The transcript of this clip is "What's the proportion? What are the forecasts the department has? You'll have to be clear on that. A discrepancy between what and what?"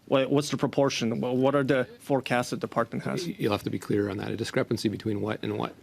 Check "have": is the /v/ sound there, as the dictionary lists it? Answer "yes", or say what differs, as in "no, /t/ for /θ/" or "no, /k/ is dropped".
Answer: no, /f/ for /v/